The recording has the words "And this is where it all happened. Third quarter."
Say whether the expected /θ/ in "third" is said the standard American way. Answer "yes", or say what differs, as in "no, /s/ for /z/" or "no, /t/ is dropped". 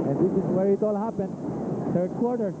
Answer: no, /t/ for /θ/